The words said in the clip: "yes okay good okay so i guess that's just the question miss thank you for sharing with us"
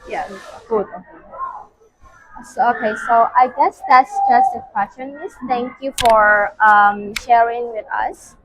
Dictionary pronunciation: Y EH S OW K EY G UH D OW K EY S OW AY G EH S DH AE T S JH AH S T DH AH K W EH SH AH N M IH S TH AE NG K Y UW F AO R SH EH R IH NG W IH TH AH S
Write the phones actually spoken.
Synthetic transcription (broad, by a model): Y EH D OW K EY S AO OW K EY S OW AY G EH S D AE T S JH AH S T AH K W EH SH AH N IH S T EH NG K Y UW F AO R SH EH R IH NG W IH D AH S